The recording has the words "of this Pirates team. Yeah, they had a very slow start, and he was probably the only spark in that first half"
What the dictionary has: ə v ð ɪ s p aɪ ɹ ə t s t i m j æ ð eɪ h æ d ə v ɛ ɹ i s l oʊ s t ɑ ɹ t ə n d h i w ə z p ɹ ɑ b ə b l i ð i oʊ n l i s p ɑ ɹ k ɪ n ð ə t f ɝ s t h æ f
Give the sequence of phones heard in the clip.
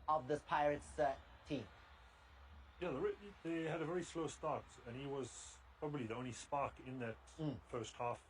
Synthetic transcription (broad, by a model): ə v ð ɪ s p aɪ ɹ ə t s t i m j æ ð eɪ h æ d ə v ɛ ɹ i s l oʊ s t ɑ ɹ t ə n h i w ə z p ɹ ɑ b ə b l i ð i oʊ n l i s p ɑ ɹ k ɪ n ð ə t f ɝ s t h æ f